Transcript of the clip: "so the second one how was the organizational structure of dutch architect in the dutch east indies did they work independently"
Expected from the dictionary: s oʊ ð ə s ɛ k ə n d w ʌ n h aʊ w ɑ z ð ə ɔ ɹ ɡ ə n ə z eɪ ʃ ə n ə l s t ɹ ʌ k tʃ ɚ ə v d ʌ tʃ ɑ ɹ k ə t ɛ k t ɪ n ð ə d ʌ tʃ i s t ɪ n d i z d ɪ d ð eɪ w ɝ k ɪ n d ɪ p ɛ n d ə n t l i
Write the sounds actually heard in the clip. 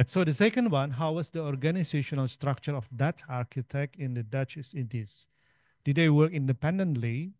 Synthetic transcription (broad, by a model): s oʊ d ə s ɛ k ə n d w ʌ n h aʊ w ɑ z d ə ɔ ɹ ɡ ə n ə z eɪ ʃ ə n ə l s t ɹ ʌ k tʃ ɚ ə f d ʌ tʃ ɑ ɹ k ə t ɛ k t ɪ n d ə d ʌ tʃ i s ɪ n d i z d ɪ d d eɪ w ɝ k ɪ n d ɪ p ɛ n d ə n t l i